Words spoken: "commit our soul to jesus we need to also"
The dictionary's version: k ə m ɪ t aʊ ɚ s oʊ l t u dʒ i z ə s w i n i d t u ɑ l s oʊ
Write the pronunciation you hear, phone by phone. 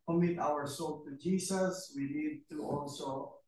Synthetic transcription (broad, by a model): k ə m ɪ t aʊ ɚ s oʊ l t u dʒ i s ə s w i n i d t u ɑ l s oʊ